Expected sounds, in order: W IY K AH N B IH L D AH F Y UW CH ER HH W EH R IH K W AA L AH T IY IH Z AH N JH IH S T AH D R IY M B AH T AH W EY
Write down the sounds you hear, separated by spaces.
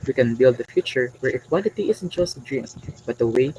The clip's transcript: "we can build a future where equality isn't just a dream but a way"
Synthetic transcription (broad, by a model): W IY K AH N B IH L D AH F Y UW CH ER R W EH R IH K W AA L AH T IY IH S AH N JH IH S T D R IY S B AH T AH W EY